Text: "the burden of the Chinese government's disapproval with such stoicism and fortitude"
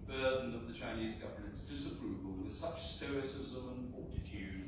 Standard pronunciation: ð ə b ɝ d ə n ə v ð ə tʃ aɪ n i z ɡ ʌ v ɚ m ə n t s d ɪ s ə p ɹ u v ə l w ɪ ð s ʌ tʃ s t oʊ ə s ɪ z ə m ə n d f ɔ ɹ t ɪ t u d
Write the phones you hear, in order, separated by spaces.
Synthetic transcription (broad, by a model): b ɝ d n ə v ð ə tʃ aɪ n i z ɡ ʌ v ɚ m ə n t s d ɪ s ə p ɹ u v ə l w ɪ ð s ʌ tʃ s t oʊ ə s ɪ z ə m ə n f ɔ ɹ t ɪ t u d